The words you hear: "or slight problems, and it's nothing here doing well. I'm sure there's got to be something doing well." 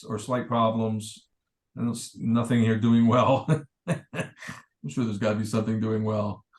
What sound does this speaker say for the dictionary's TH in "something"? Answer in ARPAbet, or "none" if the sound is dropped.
TH